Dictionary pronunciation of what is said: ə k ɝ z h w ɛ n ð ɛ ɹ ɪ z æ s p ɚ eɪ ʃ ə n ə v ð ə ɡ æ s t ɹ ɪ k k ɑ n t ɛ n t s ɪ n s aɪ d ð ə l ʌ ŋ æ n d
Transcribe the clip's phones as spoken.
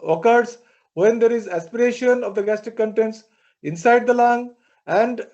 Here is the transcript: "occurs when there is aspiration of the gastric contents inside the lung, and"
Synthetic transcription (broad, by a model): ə k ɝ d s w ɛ n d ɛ ɹ ɪ z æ s p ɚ eɪ ʃ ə n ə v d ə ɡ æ s t ɪ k k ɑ n t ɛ n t s ɪ n s aɪ d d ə l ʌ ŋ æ n d